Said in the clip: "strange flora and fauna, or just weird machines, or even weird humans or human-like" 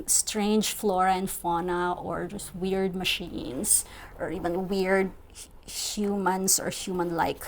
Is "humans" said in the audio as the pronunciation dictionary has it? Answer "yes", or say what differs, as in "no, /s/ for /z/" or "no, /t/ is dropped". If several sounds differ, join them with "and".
no, /s/ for /z/